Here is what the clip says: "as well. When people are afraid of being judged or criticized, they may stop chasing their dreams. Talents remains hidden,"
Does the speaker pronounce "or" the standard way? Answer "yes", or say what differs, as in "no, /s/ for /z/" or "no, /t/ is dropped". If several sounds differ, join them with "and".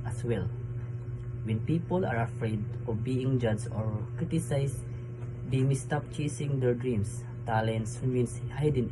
yes